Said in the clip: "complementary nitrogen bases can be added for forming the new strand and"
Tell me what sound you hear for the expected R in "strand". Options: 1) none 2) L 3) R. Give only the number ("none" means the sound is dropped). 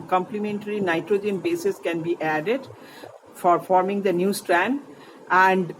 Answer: 3